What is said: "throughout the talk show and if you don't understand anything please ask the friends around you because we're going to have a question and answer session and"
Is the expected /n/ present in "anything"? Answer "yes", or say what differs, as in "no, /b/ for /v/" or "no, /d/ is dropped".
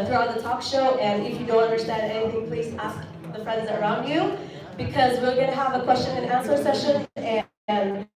no, /n/ is dropped